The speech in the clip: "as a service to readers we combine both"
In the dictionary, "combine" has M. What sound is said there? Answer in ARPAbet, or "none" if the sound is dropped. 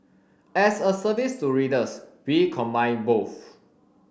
M